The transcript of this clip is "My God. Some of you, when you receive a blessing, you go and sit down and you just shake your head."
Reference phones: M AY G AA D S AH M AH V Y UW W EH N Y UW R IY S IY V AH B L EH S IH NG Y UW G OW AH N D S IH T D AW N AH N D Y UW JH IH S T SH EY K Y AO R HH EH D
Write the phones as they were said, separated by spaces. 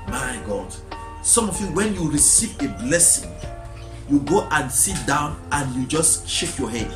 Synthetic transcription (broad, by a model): M AY G AA D S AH M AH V Y UW W EH N Y UW R IY S IY V AH B L EH S IH NG Y UW G OW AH N S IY T D AW N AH N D Y UW JH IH S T SH EY K Y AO HH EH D